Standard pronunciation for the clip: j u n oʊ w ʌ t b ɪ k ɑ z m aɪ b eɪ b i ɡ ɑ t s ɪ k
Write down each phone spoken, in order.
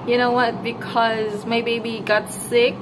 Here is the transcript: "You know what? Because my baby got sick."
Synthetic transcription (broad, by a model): j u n oʊ w ʌ t b ɪ k ɑ z m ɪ b eɪ b i ɡ ɑ t s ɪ k